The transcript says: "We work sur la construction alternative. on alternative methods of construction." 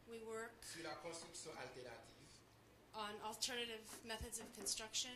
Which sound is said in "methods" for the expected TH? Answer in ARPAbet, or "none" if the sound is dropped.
TH